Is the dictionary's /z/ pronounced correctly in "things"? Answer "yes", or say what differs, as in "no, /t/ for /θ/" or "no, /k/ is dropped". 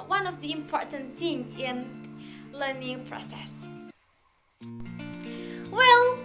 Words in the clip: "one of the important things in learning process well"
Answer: no, /z/ is dropped